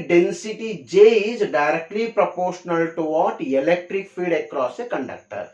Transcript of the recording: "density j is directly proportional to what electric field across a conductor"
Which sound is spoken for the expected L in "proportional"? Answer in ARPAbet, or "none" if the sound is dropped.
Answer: L